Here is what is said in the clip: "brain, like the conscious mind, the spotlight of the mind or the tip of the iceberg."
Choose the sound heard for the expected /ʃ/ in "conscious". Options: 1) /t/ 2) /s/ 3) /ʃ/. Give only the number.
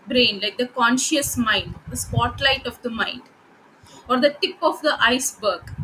3